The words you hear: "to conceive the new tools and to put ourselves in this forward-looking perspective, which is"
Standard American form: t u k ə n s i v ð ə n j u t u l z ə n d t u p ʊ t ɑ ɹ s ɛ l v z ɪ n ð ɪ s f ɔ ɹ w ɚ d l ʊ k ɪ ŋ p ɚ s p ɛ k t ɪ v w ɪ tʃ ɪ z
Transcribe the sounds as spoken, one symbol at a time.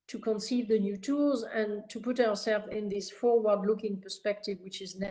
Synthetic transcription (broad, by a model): t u k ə n s i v ð ə n j u t u l z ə n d t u p ʊ t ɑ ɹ s ɛ l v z ɪ n ð ɪ s f ɔ ɹ w ɚ d l ʊ k ɪ ŋ p ɚ s p ɛ k t ɪ v w ɪ tʃ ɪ z